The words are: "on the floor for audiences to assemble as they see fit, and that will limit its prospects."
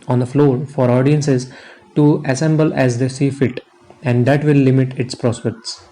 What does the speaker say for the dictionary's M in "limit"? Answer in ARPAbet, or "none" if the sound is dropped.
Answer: M